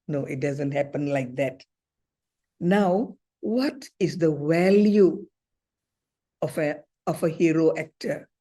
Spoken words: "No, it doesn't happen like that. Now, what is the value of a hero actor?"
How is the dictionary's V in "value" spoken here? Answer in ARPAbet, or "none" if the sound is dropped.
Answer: W